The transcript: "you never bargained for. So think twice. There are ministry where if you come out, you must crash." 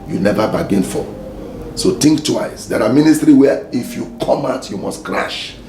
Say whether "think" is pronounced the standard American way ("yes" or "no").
no